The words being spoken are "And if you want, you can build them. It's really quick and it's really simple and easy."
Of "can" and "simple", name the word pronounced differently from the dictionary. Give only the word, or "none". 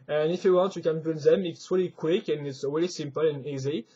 none